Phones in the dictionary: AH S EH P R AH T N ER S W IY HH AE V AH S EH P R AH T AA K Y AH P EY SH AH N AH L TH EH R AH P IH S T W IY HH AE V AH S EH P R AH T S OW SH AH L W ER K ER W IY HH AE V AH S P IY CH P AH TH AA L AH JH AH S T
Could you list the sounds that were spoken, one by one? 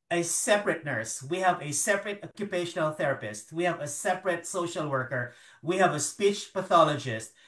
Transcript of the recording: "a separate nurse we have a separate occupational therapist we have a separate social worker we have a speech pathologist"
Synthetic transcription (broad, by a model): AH S EH P R AH T N ER S W IY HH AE V AH S EH P R AH T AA K Y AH P EY SH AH N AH L TH EH R AH P IH S T W IY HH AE V AH S EH P R AH T S OW SH AH L W ER K ER W IY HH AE V AH S P IY CH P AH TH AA L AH JH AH S T